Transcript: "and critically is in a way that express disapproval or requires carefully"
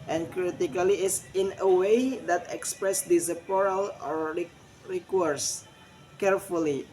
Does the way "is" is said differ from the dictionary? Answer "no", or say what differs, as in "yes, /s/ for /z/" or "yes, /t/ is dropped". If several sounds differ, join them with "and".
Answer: yes, /s/ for /z/